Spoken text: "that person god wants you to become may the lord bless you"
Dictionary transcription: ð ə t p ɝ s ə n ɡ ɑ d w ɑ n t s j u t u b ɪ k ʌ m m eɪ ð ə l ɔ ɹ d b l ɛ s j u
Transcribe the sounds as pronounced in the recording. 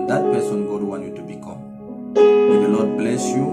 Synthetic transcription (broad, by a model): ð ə t p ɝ s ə n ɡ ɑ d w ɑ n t j u t u b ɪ k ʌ m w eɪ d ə n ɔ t b l ɛ s j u